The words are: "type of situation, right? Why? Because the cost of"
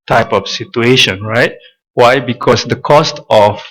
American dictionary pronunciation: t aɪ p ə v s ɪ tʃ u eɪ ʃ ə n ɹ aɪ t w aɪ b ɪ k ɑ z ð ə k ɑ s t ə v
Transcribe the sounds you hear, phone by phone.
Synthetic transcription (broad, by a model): t aɪ p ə f s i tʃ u eɪ ʃ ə n ɹ aɪ t w aɪ b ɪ k ɑ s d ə k ɑ s t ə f